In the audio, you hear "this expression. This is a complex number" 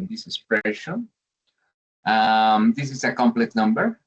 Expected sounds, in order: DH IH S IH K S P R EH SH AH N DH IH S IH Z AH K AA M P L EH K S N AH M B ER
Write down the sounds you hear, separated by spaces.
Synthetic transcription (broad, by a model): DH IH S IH S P R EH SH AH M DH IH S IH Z AH K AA M P L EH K N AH M B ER